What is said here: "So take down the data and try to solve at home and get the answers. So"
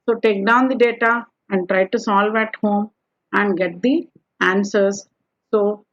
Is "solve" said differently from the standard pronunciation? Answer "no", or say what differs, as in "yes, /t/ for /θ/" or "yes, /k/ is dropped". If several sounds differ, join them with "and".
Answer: no